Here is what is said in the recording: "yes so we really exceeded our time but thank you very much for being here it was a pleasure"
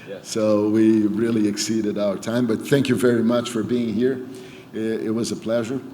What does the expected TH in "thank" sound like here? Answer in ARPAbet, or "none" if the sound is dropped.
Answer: TH